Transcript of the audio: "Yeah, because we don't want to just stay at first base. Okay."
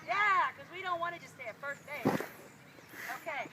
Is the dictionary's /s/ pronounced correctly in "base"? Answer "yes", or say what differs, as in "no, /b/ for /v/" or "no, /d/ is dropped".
no, /s/ is dropped